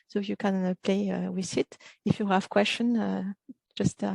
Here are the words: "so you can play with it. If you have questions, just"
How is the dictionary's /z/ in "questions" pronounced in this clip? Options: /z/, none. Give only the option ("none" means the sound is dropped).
none